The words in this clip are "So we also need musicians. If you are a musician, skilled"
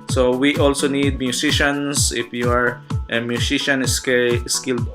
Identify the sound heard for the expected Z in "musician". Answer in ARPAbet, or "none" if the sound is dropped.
S